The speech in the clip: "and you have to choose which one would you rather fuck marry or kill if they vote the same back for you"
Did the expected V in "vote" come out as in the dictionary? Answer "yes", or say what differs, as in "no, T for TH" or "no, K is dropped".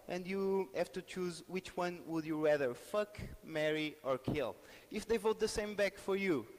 yes